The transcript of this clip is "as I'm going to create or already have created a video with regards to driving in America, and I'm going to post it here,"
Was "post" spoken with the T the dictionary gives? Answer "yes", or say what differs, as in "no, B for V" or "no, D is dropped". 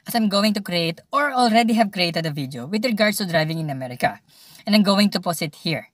no, T is dropped